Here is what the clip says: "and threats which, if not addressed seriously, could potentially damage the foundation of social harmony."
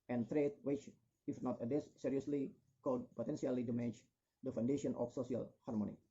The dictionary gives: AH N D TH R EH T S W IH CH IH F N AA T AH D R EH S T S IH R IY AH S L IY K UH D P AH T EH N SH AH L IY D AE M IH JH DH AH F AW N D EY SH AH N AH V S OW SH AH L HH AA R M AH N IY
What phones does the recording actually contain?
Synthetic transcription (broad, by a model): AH N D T R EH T W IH CH IH F N AA T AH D EH S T S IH R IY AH S L IY K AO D P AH T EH N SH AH L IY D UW M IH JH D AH F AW N D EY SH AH N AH F S OW S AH L HH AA R M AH N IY